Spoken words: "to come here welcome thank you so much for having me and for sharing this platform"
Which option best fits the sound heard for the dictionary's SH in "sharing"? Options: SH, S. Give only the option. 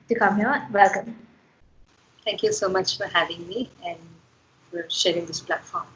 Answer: SH